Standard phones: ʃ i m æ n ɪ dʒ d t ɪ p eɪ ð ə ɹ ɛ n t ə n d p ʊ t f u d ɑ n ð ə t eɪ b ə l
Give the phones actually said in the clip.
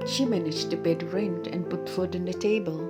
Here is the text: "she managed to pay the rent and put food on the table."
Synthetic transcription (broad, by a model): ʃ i m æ n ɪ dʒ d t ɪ b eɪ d ɹ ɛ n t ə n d p ʊ t f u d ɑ n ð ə t eɪ b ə l